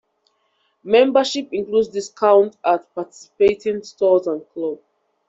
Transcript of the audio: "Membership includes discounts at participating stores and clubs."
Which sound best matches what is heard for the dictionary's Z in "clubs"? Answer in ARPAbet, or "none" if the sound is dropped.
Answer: none